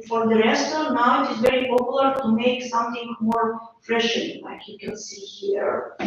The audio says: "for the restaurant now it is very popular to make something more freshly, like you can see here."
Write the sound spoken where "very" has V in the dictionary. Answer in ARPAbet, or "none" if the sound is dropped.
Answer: V